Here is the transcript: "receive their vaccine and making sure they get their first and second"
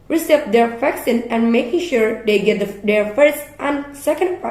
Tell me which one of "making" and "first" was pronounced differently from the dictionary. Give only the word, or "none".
none